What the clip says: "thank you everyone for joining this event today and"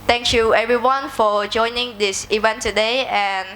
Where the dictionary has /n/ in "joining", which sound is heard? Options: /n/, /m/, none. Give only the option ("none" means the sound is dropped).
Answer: /n/